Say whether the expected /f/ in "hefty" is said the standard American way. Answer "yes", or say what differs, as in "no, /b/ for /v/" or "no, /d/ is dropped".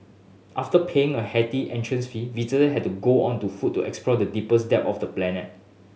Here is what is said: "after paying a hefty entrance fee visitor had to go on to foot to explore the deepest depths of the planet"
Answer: no, /f/ is dropped